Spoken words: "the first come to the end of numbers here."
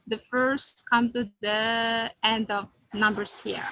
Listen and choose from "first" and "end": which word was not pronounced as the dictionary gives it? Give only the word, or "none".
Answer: none